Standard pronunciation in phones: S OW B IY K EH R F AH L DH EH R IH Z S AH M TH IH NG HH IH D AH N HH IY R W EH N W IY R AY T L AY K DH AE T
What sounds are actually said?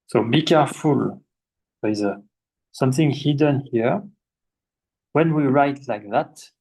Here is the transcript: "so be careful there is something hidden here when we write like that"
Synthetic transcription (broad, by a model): S OW B IY K EH R F AH L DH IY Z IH S AH M TH IH NG HH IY D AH N HH IY R W EH N W IY R AY T L AY K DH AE T